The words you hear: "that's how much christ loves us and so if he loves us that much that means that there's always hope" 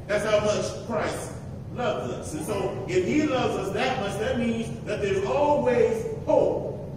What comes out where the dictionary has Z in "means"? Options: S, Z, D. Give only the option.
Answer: Z